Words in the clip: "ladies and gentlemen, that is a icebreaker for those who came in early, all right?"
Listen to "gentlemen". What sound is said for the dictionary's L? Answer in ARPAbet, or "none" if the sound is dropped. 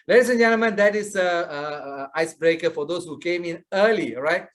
none